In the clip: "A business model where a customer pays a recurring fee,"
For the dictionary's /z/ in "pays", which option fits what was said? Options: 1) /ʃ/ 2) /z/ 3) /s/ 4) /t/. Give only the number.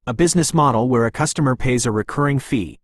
2